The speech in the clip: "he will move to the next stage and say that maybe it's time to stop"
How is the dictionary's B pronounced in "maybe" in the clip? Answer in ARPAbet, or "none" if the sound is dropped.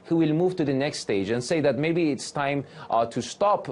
B